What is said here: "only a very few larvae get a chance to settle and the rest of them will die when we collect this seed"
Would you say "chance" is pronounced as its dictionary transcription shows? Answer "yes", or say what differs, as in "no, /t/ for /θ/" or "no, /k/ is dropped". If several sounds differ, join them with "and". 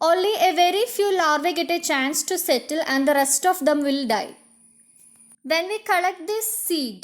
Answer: yes